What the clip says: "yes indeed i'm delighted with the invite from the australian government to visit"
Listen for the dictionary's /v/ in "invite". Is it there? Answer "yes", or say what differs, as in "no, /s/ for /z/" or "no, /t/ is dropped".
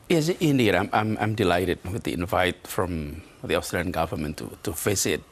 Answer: yes